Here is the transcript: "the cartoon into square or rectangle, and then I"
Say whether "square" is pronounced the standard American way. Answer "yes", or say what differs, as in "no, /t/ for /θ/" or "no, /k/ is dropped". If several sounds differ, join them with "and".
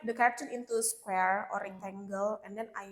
yes